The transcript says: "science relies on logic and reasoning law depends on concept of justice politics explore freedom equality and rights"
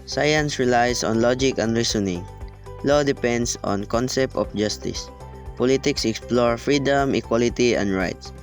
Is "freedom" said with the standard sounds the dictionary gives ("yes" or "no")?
yes